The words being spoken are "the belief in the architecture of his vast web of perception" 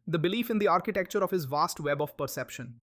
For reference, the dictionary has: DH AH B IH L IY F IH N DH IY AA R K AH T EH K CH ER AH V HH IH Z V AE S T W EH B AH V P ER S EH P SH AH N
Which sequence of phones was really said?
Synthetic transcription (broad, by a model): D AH B IH L IY F IH N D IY AA R K AH T EH K CH ER AH V HH IH Z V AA S T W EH B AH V P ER S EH P SH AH N